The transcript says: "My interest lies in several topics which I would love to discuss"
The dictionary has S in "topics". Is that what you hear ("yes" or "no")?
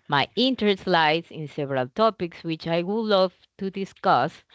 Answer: yes